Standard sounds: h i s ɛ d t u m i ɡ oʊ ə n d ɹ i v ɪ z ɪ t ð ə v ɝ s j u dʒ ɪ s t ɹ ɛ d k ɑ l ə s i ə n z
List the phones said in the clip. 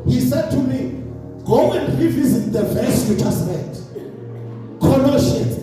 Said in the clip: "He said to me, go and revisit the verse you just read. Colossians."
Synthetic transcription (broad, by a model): h i s ɛ d t u m i ɡ oʊ ə n d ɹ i v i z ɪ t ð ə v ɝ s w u tʃ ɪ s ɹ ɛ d k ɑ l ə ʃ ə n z